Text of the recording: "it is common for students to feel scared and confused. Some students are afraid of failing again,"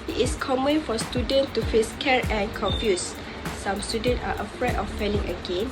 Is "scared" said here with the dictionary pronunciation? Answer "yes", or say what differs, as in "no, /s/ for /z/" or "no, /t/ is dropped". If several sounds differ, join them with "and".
no, /d/ is dropped